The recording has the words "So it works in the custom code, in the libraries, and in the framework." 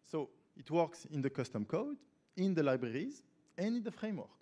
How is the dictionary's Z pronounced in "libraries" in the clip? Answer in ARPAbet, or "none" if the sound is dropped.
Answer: Z